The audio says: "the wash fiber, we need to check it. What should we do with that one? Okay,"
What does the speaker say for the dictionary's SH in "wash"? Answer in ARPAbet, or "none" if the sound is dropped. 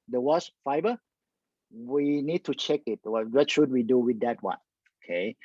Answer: S